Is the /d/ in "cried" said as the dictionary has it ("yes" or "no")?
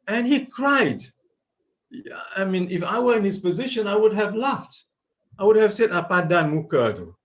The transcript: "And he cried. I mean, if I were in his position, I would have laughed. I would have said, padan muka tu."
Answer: yes